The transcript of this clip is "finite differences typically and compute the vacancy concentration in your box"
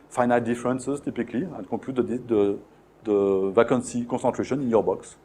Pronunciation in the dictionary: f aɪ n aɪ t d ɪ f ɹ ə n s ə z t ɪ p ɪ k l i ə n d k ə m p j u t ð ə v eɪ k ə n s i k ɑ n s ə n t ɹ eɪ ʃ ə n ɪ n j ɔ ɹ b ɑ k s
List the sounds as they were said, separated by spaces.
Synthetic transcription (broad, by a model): f aɪ n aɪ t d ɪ f ɹ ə n s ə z t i p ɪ k l i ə n k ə p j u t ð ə v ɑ k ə n s i k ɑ s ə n t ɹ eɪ ʃ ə n ɪ n j ɔ ɹ b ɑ k s